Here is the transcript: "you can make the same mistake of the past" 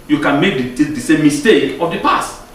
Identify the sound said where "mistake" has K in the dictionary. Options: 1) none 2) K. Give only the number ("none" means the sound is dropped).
2